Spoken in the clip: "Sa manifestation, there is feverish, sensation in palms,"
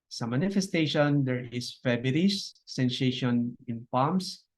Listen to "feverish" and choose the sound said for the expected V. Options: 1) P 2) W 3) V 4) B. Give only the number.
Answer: 4